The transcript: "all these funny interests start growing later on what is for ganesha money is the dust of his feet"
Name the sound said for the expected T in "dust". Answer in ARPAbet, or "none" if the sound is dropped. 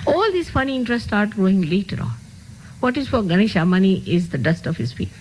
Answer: T